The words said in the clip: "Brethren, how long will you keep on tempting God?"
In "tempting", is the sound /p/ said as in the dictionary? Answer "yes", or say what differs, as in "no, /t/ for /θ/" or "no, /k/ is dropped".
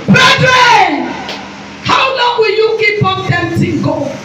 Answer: no, /p/ is dropped